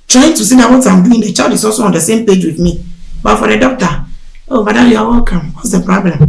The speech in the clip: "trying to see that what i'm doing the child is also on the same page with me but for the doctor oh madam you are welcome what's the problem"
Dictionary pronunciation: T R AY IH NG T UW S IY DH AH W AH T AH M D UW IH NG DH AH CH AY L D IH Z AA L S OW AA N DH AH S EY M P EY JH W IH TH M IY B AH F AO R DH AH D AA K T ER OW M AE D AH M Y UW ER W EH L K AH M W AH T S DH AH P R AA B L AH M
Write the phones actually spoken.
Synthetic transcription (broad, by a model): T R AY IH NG T UW S IY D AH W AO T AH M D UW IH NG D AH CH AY D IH S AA S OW AA N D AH S EY M P EY JH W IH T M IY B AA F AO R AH D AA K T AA OW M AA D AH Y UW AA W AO K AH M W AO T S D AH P R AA B L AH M